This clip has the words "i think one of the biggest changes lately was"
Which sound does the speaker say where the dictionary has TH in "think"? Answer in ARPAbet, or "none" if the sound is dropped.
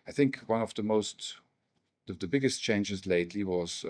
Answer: TH